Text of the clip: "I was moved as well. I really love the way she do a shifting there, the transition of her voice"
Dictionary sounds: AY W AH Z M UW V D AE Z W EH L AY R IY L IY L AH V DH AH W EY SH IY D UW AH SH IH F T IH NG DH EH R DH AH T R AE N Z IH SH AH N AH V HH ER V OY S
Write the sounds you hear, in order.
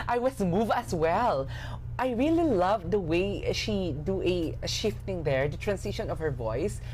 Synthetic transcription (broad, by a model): AY W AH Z M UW V AE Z W EH L AY R IY L IY L AH V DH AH W EY SH IY D UW AH SH IH F T IH NG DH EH R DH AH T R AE N S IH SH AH N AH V HH ER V OY S